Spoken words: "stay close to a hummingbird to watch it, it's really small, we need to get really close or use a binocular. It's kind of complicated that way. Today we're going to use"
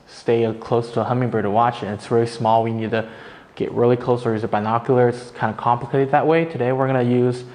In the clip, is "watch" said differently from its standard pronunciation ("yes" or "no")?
no